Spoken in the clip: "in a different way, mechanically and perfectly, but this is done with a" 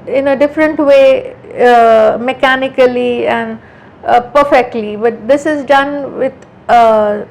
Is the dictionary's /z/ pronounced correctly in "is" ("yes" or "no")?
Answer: yes